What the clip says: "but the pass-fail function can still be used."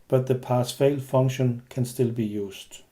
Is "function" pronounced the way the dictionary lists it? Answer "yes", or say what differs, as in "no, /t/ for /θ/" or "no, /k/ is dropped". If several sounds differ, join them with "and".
no, /k/ is dropped